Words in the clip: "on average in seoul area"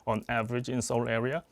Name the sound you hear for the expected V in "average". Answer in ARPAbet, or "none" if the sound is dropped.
V